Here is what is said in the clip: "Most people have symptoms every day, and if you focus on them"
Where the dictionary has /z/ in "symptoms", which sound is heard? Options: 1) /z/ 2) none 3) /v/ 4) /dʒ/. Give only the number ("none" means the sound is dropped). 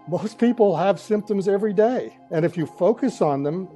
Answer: 1